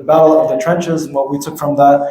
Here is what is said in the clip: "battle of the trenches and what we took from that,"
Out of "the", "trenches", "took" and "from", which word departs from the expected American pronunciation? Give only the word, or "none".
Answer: none